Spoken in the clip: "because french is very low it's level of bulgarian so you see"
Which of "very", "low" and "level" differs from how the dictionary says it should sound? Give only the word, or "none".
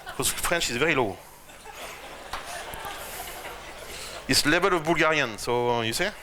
level